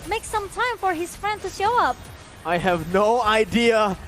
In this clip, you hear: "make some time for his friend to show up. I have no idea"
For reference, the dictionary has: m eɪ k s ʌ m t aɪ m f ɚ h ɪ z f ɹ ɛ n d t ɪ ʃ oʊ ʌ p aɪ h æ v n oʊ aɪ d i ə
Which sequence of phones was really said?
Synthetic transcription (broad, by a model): m eɪ k s ʌ m t aɪ m f ɚ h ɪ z f ɹ ɛ n d t ɪ ʃ oʊ ʌ p aɪ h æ v n oʊ aɪ d i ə